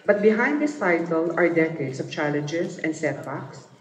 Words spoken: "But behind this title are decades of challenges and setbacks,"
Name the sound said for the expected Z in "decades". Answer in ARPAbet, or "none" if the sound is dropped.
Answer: S